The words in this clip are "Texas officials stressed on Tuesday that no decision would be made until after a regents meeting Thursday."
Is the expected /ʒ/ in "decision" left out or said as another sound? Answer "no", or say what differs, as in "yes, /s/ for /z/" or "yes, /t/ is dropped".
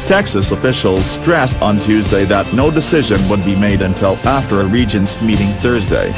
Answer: no